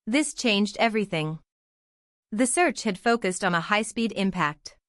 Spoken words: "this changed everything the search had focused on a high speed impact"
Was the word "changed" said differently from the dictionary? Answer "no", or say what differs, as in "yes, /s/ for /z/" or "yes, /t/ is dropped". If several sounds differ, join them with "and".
no